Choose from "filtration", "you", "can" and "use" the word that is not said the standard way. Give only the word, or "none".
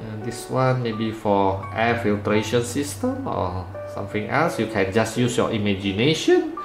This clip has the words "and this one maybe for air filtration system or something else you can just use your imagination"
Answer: none